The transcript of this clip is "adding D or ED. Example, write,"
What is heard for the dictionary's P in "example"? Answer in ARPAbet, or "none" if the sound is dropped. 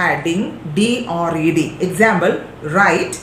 B